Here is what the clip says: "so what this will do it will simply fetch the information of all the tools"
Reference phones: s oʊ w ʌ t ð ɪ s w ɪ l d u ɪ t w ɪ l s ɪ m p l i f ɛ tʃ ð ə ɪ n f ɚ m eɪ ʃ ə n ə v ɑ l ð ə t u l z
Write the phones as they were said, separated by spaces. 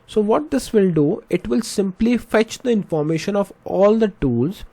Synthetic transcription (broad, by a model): s oʊ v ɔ t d ɪ s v ɪ l d u ɪ t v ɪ l s ɪ m p l i f ɛ tʃ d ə ɪ n f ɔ m eɪ ʃ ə n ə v ɑ l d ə t u l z